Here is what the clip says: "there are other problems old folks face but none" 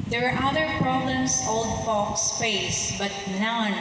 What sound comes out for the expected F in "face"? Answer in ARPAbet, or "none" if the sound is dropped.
P